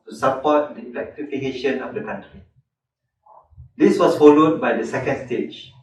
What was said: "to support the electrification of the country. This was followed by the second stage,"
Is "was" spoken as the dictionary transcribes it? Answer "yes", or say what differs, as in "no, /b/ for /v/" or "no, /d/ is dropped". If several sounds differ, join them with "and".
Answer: no, /s/ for /z/